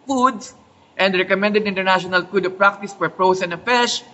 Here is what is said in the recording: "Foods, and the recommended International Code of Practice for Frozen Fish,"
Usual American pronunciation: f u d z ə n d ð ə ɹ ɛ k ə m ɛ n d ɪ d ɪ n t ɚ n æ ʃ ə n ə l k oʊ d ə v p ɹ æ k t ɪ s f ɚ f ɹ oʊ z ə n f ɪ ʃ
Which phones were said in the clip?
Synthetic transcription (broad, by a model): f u d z ə n d ɹ ɛ k ə m ɛ n d ɪ d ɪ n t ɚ n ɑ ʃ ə n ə l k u d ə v p ɹ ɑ k t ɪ s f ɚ p ɹ oʊ s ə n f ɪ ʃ